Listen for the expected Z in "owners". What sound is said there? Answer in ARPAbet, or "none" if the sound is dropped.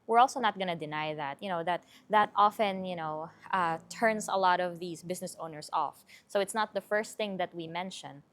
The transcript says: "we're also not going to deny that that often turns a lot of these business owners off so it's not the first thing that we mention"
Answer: S